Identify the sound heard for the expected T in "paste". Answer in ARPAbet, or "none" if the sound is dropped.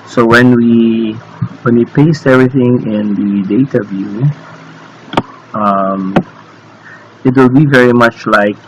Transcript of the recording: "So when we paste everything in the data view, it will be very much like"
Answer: T